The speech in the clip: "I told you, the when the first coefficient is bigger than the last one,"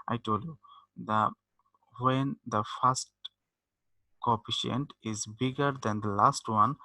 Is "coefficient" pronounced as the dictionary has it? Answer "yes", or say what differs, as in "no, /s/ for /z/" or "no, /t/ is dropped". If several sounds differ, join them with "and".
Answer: no, /p/ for /f/